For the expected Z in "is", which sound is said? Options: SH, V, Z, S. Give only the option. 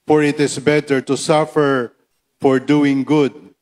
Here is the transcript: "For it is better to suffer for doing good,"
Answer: S